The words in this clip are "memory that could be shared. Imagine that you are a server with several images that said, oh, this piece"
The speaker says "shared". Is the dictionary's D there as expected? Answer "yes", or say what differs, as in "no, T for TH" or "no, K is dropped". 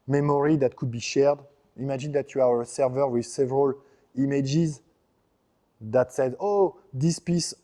yes